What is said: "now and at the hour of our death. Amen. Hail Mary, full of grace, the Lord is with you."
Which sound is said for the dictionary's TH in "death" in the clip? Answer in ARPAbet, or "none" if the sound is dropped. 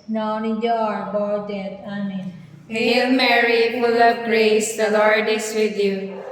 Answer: T